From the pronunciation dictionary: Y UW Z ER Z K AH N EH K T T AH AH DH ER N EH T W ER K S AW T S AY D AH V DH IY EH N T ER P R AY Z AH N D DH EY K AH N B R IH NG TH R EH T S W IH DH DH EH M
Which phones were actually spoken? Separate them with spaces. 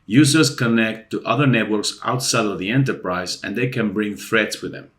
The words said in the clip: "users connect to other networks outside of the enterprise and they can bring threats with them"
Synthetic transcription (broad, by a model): Y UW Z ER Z K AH N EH K T T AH AH DH ER N EH T W ER K S AW T S AY D AH V DH IY EH N T ER P R AY Z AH N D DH EY K AH N B R IH NG TH R EH T S W IH DH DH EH M